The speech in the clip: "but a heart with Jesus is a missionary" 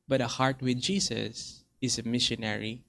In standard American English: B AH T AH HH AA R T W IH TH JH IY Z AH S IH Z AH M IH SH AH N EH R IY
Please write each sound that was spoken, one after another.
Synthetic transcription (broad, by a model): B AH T AH HH AA R T W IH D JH IY S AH S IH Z AH M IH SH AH N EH R IY